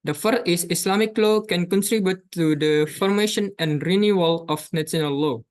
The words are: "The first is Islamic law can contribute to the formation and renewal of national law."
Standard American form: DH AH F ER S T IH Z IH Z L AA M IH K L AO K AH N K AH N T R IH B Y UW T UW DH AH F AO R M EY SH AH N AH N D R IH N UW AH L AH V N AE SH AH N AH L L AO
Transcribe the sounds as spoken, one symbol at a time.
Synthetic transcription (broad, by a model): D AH F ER T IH S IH S L AA M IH K L AO K AH N K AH N T R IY B Y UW T UW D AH F AO R M EY SH AH N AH N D R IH N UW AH L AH F N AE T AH N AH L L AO